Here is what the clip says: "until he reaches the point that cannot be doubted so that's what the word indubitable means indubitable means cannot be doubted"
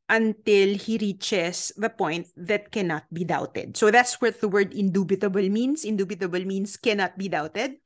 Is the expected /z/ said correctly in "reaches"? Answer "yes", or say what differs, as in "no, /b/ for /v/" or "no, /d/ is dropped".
no, /s/ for /z/